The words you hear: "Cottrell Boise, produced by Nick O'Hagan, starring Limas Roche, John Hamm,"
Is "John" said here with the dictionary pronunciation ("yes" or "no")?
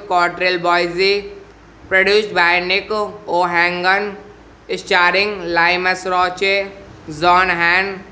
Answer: no